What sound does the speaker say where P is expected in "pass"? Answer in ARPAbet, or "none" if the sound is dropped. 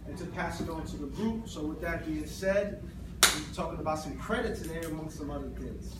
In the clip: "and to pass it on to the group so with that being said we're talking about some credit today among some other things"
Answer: P